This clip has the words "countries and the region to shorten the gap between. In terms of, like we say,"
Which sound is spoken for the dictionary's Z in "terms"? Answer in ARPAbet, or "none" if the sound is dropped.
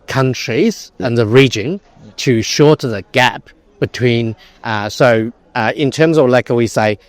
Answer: Z